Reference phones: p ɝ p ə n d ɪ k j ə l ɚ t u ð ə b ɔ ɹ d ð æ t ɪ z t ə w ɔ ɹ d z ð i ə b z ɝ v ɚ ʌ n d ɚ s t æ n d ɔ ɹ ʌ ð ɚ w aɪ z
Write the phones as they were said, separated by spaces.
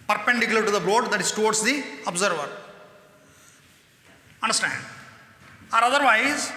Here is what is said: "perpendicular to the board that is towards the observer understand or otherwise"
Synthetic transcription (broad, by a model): p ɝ p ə n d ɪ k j l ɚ t u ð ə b ɔ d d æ t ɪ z t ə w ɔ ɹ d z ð i ə b z ɝ v ɚ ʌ n d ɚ s t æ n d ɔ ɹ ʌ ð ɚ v aɪ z